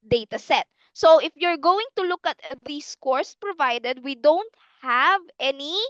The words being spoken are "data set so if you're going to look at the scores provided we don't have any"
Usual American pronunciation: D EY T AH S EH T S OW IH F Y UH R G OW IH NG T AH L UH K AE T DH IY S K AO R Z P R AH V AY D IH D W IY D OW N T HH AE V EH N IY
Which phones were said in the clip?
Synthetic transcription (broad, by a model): D EY T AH S EH T S OW IH F Y UH R G OW IH NG T AH L UH K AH T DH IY S K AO R S P R AH V AY D IH D W IY D OW N T HH AE V EH N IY